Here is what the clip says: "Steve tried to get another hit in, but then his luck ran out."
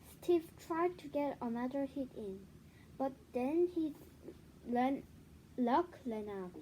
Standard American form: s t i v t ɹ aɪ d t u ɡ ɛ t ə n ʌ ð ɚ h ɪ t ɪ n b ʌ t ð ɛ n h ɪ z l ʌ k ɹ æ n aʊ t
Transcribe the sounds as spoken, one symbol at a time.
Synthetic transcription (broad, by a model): s t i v t ɹ aɪ d t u ɡ ɛ t ə n ʌ ð ɚ h ɪ t ɪ n b ʌ t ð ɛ n h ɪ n l ʌ k l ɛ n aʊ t